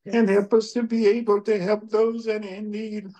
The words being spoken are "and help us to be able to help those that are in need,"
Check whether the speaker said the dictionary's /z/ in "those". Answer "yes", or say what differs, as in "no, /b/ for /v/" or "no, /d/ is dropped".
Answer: yes